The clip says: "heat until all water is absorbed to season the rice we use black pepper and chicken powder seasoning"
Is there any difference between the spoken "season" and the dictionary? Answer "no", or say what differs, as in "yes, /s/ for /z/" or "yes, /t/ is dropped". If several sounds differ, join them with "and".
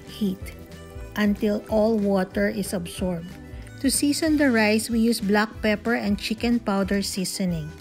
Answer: yes, /s/ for /z/